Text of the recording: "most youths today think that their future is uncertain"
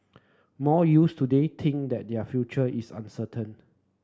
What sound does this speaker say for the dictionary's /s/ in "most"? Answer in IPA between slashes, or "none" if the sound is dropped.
none